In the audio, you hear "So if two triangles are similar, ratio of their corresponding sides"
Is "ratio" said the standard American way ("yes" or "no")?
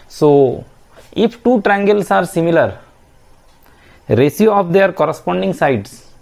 no